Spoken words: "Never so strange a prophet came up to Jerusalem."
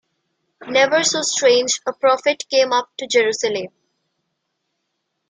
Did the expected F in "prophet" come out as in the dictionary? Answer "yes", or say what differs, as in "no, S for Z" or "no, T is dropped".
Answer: yes